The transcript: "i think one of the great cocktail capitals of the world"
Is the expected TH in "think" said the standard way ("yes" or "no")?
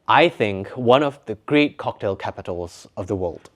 yes